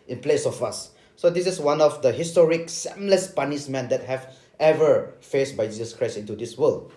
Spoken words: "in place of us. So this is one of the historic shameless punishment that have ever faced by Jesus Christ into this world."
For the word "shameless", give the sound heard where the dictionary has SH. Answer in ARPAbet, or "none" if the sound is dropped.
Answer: S